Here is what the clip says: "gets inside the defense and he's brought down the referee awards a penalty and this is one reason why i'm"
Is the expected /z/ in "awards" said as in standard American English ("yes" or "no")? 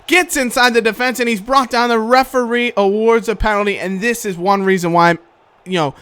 yes